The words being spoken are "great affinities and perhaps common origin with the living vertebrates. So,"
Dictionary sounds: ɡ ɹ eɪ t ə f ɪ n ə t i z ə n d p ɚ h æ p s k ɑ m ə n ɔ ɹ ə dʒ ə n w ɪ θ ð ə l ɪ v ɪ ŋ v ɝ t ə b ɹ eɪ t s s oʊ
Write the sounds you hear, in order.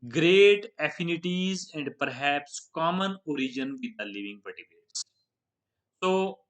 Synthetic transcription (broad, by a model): ɡ ɹ eɪ t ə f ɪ n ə t i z ə n d p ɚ h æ p s k ɑ m ə n ɔ ɹ ə dʒ ə n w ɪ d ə l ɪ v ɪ ŋ p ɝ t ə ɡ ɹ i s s oʊ